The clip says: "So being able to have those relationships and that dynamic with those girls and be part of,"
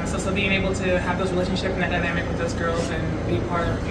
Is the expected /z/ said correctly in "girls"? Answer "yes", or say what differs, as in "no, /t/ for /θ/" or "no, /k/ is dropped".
yes